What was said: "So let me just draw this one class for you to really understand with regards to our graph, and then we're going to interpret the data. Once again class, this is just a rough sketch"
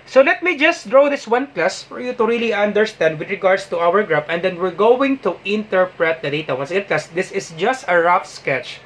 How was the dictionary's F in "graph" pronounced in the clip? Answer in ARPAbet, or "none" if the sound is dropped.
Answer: P